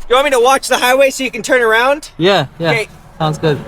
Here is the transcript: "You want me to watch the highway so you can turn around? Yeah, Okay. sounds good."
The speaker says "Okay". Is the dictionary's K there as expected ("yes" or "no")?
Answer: no